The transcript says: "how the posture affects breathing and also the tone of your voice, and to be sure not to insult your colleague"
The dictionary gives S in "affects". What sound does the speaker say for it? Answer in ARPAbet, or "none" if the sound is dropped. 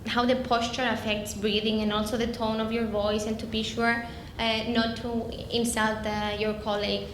S